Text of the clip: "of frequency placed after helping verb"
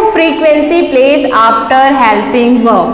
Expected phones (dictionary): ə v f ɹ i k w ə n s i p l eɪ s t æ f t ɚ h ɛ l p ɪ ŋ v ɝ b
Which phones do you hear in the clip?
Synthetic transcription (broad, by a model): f ɹ i k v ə n s i p l eɪ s ɑ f t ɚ h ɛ l p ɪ ŋ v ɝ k